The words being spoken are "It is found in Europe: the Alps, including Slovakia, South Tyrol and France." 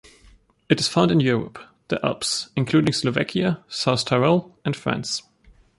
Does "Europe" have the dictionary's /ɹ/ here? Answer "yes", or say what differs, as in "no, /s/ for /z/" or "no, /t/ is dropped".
yes